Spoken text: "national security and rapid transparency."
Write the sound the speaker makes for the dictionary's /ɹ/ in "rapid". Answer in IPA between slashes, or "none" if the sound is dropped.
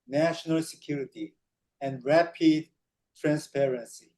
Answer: /ɹ/